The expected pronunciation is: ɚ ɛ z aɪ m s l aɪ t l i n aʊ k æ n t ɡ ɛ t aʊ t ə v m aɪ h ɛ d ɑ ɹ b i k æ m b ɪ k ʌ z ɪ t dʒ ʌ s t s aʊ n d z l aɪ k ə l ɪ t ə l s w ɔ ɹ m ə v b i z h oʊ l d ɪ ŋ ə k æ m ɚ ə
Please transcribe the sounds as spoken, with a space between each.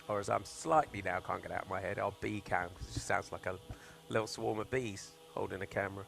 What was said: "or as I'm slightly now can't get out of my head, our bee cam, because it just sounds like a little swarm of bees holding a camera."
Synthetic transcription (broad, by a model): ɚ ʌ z aɪ m s l aɪ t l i n aʊ k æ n ɡ ɛ t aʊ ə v m aɪ h ɛ d ɑ l b i k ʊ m k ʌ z ɪ t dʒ ʌ s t s aʊ n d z l aɪ k ə l ɪ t l s w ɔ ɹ m ə v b i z h oʊ l d ɪ ŋ ə k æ m ɚ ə